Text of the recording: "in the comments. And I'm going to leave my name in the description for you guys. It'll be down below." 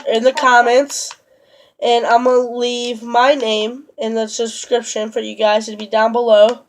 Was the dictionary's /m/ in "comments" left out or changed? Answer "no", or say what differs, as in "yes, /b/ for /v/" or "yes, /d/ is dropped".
no